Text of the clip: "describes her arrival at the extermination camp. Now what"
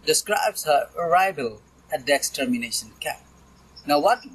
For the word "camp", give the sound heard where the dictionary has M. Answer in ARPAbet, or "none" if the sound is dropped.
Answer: none